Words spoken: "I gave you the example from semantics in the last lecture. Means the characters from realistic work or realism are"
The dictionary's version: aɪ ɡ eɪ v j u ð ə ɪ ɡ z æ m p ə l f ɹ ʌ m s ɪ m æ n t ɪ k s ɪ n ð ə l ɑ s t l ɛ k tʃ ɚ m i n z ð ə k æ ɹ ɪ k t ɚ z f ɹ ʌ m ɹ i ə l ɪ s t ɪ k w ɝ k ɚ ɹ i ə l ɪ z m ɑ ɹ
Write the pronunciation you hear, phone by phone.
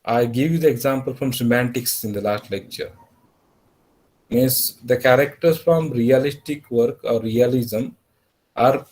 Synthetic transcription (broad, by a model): aɪ ɡ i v j u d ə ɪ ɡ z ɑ m p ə l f ɹ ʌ m s ɪ m æ n t ɪ k s ɪ n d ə l ɑ s t l ɛ k tʃ ɚ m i n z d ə k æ ɹ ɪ k t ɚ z f ɹ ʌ m ɹ i ə l ɪ s t ɪ k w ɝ k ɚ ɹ i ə l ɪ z m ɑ ɹ